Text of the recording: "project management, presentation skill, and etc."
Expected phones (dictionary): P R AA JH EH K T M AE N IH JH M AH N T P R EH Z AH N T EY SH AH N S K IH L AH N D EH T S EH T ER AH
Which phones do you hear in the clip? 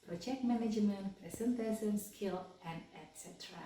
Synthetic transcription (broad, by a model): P R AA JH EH K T M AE N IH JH M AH N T P R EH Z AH N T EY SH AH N S K IH L AH N D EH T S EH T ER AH